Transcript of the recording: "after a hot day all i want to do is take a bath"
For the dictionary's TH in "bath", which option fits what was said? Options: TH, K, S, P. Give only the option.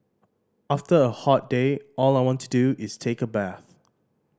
TH